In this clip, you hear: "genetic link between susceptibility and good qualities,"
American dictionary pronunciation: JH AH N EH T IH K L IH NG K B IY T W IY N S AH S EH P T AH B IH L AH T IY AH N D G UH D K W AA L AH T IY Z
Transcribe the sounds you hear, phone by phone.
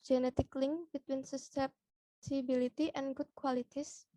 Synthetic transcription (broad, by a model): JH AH N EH T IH K L IH NG K B IY T W IY N S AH S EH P S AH B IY L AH T IY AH N G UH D K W AA L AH T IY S